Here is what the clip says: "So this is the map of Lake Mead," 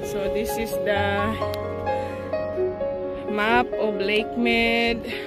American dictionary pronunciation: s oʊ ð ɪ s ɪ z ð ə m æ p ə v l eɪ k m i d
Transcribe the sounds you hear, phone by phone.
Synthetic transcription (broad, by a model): s oʊ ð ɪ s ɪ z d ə m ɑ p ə b l eɪ k m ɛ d